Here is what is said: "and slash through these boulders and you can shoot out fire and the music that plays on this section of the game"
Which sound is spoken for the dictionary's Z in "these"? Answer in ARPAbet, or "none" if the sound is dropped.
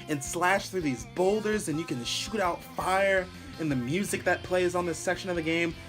Z